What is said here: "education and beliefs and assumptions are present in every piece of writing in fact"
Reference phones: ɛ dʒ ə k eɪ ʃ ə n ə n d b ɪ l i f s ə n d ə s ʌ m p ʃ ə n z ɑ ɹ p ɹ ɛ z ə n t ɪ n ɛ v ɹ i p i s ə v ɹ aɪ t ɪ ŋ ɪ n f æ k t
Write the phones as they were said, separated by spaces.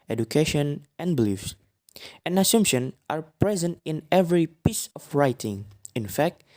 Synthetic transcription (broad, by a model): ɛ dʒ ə k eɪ ʃ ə n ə n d b ɪ l i f s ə n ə s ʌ m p ʃ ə n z ɑ ɹ p ɹ ɛ z ə n t ɪ n ɛ v ɹ i p i s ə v ɹ aɪ t ɪ ŋ ɪ n f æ k t